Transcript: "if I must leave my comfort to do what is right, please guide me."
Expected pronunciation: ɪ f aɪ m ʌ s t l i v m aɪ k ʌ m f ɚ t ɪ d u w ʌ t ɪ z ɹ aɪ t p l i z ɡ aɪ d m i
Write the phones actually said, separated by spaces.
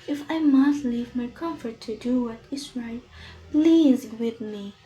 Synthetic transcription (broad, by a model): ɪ f aɪ m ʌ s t l i v m aɪ k ʌ m f ɚ t ɪ d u w ʌ t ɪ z ɹ aɪ t p l i z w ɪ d m i